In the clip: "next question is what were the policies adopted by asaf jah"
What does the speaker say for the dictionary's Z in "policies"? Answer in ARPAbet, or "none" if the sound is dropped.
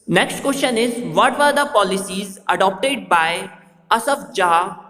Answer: Z